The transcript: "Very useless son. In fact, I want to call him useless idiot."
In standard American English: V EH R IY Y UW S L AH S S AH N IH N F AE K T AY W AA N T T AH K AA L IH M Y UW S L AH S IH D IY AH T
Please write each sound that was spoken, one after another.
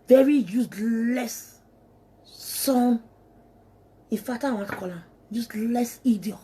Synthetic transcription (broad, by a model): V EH R IY Y UW S L AH S S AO N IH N F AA T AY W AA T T K AA L IH M Y UW S L AH S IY D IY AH